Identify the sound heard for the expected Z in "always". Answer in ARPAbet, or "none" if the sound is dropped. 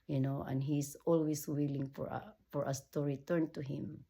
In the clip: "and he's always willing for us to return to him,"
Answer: S